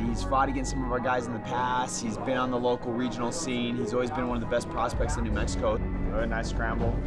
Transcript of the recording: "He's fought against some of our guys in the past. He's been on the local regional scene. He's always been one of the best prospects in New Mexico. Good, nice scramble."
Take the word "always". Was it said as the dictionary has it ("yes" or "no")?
yes